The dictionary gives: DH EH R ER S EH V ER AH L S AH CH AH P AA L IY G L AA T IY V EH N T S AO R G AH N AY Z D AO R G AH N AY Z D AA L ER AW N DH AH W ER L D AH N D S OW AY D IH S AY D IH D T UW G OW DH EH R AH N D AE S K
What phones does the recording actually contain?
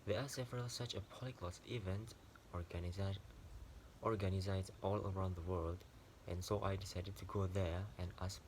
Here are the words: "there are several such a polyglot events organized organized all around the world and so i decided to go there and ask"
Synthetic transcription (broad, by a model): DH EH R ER S EH V ER AH L S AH CH AH P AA L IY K L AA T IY V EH N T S AO R G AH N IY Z AA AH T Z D AA L ER AW N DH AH W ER L D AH N S OW AY D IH S AY D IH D T UW G OW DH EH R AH N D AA S